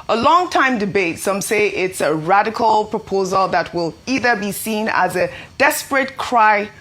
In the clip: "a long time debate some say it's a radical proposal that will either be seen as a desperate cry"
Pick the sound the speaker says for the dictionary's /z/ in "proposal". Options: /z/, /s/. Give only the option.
/z/